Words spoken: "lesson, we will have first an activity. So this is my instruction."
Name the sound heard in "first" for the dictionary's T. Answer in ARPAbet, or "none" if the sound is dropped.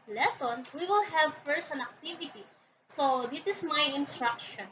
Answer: none